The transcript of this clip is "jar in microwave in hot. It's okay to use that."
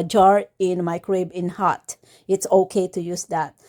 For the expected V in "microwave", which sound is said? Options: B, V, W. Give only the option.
B